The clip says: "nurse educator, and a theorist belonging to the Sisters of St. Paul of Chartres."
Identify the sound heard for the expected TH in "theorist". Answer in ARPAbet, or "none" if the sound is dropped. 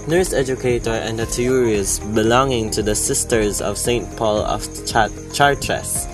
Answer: T